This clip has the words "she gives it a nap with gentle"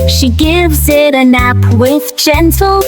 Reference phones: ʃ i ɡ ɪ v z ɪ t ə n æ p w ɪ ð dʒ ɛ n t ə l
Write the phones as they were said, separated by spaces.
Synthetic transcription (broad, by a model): ʃ i ɡ ɪ v z ɪ t ə n æ p w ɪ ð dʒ ɛ n t l